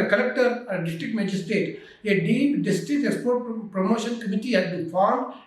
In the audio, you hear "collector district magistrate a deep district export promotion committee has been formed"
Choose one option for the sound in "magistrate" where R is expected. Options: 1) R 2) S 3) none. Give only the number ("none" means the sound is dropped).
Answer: 3